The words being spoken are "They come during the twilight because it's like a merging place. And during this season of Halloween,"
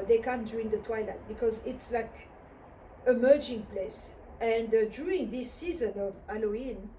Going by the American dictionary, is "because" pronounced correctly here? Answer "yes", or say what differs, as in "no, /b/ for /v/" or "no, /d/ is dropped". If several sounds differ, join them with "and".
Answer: yes